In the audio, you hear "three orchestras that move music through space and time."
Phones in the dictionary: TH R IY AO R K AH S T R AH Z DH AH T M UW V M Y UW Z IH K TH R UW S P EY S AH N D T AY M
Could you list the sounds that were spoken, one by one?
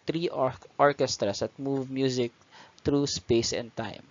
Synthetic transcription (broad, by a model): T R IY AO R K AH S T R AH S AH T M UW V M Y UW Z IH K T R UW S P EY S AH N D T AY M